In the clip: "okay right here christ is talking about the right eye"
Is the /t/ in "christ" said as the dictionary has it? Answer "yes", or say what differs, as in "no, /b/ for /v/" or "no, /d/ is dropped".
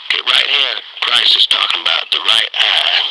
no, /t/ is dropped